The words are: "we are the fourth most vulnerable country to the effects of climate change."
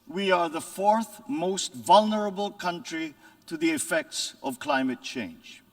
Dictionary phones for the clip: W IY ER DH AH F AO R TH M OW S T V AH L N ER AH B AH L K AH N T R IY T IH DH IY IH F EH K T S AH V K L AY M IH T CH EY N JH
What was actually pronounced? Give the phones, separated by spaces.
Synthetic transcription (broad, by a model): W IY ER DH AH F AO R TH M OW S T V AH L N ER AH B AH L K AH N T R IY T IH DH IY IH F EH K T S AH V K L AY M IH T CH EY N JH